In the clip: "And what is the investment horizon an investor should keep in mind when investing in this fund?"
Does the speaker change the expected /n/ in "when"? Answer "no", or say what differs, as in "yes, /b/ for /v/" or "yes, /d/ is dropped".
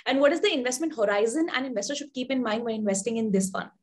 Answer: yes, /n/ is dropped